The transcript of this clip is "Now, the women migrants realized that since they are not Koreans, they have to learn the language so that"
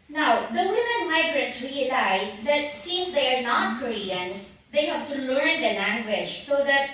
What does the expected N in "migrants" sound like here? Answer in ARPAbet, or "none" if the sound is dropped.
none